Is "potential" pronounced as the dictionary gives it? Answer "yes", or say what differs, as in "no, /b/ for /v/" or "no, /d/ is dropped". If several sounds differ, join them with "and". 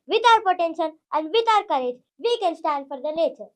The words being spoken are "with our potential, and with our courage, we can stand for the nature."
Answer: no, /n/ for /l/